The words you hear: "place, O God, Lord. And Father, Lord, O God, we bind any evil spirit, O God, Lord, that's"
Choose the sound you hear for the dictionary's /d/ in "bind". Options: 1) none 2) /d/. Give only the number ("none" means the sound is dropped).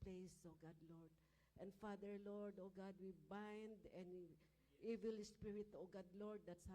2